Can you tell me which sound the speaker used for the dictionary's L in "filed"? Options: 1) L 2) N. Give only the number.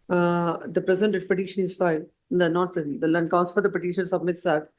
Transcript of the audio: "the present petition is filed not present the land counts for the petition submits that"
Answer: 2